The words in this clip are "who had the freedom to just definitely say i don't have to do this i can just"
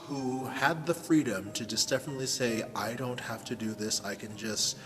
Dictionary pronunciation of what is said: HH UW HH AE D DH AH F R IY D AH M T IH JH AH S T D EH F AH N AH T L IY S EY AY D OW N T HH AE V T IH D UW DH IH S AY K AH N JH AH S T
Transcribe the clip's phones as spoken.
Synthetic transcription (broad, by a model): HH UW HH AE D DH AH F R IY D AH M T IH JH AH S D EH F AH N AH T L IY S EY AY D OW N T HH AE F T IH D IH DH IH S AY K AH N JH AH S T